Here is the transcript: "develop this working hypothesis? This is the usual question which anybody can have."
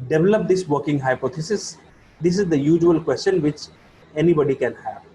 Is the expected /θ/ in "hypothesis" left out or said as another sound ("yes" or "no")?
yes